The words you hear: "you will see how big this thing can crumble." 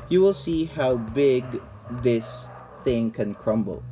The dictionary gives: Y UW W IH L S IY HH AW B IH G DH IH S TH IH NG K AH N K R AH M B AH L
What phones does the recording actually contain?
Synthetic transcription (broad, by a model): Y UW W IH L S IY HH AW B IH G DH IH S TH IH NG K AH N K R AH M B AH L